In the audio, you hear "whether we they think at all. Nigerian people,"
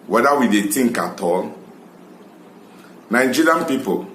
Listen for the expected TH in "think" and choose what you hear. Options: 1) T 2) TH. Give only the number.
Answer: 1